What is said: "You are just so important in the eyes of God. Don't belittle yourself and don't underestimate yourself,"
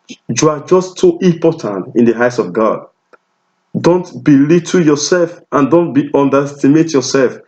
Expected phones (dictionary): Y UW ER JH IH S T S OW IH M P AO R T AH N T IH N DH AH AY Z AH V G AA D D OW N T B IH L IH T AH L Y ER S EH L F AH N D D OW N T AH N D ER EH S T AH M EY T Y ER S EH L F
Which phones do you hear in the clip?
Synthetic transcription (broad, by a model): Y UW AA JH IH S T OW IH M P AO T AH N T IH N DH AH AY S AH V G AA D D OW N T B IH L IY T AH Y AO S EH L F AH N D D OW N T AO N D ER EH S T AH M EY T Y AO S EH L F